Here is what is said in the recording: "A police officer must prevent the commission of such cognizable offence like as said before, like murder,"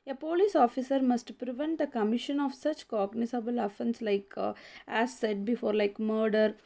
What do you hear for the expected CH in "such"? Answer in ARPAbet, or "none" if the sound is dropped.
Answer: CH